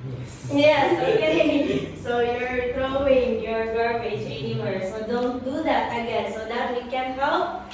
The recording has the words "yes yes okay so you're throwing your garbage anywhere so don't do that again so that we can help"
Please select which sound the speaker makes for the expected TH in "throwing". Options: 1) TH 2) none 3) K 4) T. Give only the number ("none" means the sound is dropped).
4